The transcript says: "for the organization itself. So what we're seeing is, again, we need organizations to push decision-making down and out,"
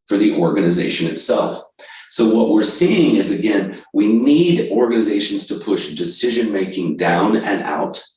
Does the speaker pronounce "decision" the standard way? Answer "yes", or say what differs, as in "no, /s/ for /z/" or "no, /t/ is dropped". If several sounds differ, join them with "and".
yes